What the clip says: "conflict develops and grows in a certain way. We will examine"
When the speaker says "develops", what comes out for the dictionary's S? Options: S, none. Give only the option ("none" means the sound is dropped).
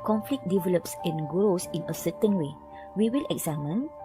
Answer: S